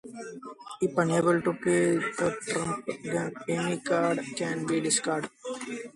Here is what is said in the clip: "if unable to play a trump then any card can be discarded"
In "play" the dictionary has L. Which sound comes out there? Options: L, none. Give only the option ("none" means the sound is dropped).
none